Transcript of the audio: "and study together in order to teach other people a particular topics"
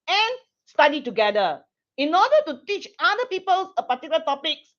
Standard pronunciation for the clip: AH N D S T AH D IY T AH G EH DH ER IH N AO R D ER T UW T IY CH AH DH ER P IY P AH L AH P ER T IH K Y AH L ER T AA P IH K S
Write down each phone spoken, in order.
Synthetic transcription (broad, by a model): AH N S T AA D IY T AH G EH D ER IH N AO D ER T UW T IY CH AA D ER P IY P AH L AH P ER T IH K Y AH L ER T AA P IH K S